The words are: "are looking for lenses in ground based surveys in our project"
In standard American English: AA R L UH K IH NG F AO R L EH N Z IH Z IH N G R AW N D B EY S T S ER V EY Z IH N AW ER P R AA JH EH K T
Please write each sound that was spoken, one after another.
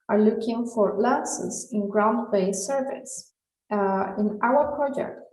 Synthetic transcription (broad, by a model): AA R L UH K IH NG F AO R L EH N S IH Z IH N G R AW N D B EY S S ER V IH S IH N AW ER P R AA JH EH K T